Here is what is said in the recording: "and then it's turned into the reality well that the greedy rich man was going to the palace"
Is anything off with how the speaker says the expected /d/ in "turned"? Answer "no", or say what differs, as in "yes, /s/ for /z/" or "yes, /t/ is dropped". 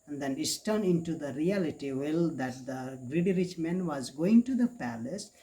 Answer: yes, /d/ is dropped